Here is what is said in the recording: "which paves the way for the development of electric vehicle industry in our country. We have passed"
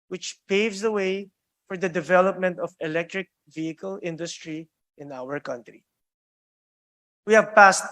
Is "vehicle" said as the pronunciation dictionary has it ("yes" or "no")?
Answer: yes